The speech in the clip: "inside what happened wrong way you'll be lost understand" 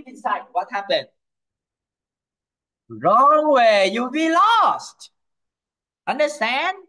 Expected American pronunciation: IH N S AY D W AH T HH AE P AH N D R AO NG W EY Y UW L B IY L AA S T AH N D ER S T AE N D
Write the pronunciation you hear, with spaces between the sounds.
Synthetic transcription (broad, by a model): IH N S AY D W AH T HH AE P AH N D R AO NG W EY Y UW B IY L AA S T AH N D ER S T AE N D